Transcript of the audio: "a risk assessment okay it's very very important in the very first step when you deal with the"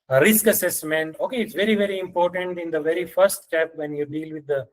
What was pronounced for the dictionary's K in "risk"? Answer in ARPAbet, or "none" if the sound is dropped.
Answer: K